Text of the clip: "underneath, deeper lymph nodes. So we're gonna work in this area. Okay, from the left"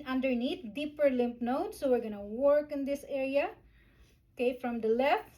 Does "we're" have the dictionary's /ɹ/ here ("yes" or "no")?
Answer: yes